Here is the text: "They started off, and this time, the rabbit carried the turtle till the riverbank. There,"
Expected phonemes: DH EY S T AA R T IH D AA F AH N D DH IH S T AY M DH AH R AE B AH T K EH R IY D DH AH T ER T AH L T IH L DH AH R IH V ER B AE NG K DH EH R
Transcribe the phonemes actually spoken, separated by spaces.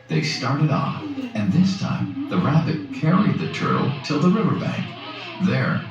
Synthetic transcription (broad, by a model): DH EY S T AA R T IH D AA F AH N DH IH S T AY M DH AH R AE B AH T K EH R IY D DH AH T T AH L T IH L DH AH R IH V ER B AE NG K DH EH R